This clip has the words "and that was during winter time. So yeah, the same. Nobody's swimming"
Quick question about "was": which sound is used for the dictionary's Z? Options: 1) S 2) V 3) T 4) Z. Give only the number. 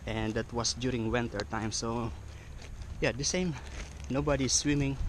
1